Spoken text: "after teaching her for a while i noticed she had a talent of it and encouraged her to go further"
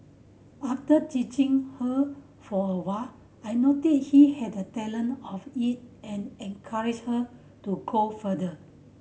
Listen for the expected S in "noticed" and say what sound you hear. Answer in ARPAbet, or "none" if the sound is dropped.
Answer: none